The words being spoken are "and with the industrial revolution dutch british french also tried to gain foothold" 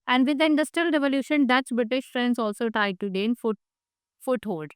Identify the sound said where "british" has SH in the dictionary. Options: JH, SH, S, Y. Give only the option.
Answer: SH